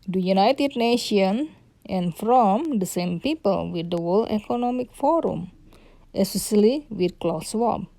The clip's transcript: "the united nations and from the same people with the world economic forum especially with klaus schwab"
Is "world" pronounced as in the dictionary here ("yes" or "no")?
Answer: no